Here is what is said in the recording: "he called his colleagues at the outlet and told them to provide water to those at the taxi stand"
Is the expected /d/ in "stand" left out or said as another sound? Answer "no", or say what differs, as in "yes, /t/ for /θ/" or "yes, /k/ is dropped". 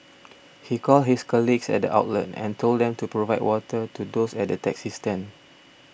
yes, /d/ is dropped